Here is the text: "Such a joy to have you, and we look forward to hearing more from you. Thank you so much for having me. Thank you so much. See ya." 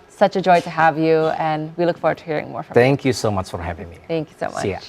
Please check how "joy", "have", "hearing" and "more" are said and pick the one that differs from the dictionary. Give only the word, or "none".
none